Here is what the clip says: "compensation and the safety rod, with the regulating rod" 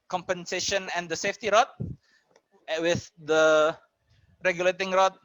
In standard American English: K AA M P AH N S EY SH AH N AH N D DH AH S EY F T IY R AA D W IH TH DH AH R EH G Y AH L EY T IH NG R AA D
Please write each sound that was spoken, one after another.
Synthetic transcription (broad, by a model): K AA M P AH N S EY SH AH N AH N D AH S EY F T IY R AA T W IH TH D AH R EH G Y AH L EY T IH NG R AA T